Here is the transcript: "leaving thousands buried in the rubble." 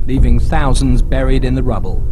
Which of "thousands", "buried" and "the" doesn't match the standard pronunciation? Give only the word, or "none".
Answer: none